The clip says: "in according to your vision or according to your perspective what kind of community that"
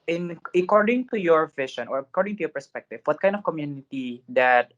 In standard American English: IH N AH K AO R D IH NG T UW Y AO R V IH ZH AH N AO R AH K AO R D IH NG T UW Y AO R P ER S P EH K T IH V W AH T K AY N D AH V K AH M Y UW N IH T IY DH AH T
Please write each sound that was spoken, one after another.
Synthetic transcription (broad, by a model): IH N AH K AO R D IH NG T UW Y AO R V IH SH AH N AO R AH K AO R D IH NG T UW Y AO R P ER S P EH K T IH V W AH T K AY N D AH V K AH M Y UW N IH T IY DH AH T